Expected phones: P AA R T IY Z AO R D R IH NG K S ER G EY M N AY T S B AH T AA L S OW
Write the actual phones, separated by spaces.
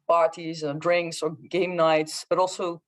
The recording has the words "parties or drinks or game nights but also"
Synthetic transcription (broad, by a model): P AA R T IY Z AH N D R IH NG K S ER G EY M N AY T S B AH T AA L S OW